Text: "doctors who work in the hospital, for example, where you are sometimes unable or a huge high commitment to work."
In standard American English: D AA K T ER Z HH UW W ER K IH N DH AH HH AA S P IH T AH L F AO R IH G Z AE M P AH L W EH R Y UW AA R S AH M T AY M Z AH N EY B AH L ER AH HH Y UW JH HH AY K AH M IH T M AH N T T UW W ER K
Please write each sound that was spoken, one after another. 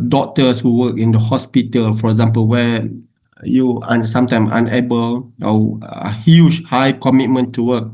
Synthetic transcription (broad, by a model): D AA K T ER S HH UW W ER K IH N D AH HH AA S P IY T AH L F AO R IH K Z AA M P AH L W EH Y UW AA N S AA M T AY M AH N EY B AH L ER AH HH Y UW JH HH AY K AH M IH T M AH N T T UW W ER K